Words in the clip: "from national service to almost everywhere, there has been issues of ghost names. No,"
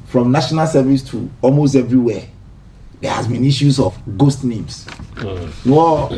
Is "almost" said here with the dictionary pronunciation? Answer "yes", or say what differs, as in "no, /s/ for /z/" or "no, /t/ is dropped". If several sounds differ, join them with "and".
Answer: yes